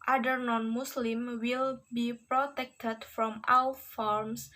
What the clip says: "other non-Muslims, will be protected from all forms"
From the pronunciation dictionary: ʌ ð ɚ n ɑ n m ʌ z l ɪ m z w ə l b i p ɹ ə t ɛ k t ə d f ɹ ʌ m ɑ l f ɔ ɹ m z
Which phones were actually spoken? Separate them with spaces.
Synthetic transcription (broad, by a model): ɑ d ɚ n ɑ n m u s l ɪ m w ə l b i p ɹ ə t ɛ k t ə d f ɹ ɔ m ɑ w f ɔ ɹ m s